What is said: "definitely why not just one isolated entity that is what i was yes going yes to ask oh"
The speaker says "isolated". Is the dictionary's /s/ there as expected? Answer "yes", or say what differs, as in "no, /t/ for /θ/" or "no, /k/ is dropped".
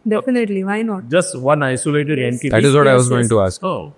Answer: yes